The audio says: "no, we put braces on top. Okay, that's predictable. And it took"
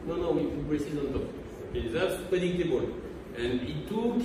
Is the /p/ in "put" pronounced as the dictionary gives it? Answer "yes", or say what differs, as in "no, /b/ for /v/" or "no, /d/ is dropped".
no, /f/ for /p/